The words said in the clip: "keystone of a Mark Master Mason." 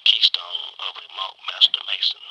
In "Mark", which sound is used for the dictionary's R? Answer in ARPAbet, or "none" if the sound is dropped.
L